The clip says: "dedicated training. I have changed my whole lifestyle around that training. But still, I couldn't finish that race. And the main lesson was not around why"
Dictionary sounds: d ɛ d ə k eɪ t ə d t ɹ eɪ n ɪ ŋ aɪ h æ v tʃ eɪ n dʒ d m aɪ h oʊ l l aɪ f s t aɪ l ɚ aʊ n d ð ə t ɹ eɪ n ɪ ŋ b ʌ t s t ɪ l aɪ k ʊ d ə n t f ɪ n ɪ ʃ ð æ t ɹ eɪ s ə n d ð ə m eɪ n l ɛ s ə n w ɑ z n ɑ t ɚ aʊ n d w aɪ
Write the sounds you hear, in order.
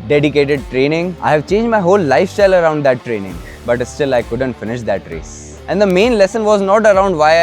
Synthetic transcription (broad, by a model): d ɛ d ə k eɪ t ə d t ɹ eɪ n ɪ ŋ aɪ h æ v tʃ eɪ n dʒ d m aɪ h oʊ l l aɪ f s t aɪ l ɚ aʊ n d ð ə t ɹ eɪ n ɪ ŋ b ʌ t s t ɪ l aɪ k ʊ d ə n t f ɪ n ɪ ʃ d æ t ɹ eɪ s ə n d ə m eɪ n l ɛ s ə n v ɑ z n ɑ t ɚ aʊ n d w aɪ